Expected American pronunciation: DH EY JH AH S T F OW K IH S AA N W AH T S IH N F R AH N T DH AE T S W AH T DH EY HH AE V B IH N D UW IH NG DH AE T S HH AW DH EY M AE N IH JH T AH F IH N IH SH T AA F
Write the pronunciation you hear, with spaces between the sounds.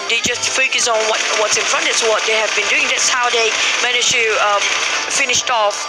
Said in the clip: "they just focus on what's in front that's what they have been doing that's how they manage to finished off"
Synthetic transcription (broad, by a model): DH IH JH AH S T F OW K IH S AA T W AH T S IH N F R AH N T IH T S W AH T DH EY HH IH V B IH N D UW IH NG DH AE T S HH AW DH EY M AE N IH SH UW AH F IH N IH SH T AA F